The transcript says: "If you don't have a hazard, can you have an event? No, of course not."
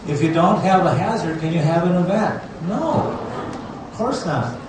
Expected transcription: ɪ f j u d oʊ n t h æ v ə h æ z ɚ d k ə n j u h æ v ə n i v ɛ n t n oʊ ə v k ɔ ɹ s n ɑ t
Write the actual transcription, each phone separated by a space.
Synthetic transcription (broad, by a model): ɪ f j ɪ d oʊ n t h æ v ə h æ z ɚ d k ə n j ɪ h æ v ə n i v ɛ t n oʊ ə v k ɔ ɹ s n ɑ t